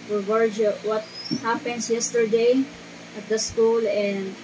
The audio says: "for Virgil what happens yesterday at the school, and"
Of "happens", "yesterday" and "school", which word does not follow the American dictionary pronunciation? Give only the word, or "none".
happens